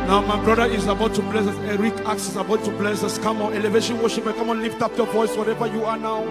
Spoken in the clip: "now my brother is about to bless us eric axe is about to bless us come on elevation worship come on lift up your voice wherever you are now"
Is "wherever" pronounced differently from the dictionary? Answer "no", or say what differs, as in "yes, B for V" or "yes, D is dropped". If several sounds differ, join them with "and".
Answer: no